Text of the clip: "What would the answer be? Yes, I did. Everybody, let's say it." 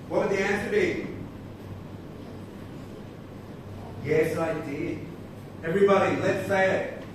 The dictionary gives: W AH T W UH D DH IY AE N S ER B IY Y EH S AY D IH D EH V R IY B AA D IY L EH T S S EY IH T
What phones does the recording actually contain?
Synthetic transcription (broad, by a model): W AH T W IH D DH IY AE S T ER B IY Y EH S AY D IH D EH V R IY B AA D IY L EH T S S EY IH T